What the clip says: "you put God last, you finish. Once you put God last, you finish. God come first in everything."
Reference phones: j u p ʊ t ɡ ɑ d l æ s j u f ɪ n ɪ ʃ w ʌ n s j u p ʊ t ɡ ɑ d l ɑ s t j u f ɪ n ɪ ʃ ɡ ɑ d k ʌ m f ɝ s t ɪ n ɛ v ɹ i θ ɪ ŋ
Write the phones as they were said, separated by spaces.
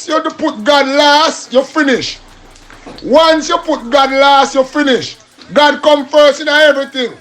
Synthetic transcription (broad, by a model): j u p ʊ t ɡ ɑ d l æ s j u f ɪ n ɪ ʃ w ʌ n s j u p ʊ t ɡ ɑ d l ɑ s t j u f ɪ n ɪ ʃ ɡ ɑ d k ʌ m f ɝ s ɪ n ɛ v ɹ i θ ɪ ŋ